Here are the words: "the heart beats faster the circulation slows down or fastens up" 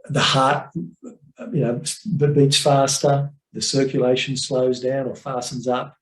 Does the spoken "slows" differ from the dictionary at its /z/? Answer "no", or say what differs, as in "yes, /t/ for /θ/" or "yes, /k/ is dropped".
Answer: no